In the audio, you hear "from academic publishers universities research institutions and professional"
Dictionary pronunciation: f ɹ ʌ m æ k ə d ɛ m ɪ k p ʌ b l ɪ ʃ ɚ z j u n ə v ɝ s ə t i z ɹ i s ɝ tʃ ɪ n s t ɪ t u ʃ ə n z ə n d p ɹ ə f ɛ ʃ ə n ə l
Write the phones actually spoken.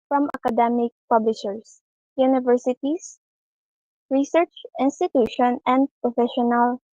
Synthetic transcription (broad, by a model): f ɹ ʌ m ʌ k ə d ɛ m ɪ k p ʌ b l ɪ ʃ ɚ s j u n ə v ɝ s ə t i s ɹ i s ɝ tʃ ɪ n s t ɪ t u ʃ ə n ə n d p ɹ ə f ɛ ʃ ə n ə l